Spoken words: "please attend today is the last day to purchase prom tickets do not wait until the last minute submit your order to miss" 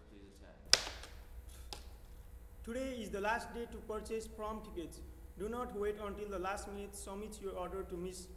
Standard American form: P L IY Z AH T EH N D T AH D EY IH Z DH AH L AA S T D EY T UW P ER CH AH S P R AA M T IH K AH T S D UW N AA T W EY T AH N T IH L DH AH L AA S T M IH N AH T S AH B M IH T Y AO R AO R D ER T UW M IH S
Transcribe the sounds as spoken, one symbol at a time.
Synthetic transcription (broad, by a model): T T AH D EY IH Z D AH L AA S T D EY T UW P ER CH AH S P R AA M T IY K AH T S D UW N AA T W EY T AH N T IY L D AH L AA S T M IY N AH T S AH M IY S Y AO R AO R D ER T UW M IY S